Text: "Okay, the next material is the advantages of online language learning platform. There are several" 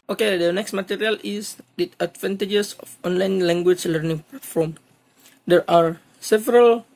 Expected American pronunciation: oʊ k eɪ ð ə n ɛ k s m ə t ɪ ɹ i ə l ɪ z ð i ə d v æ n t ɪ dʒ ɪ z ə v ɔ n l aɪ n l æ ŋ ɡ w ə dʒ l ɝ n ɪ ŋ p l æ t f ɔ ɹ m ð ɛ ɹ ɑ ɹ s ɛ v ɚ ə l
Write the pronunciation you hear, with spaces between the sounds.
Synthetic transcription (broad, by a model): oʊ k eɪ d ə n ɛ k s m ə t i ɹ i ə l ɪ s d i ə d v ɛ n t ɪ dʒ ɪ s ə f ɔ n l aɪ n l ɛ ŋ ɡ w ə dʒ l ɝ n ɪ ŋ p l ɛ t f ɔ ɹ m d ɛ ɹ ɑ ɹ s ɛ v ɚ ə l